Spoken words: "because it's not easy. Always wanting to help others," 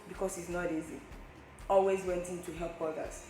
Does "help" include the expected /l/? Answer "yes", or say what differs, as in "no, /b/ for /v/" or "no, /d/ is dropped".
yes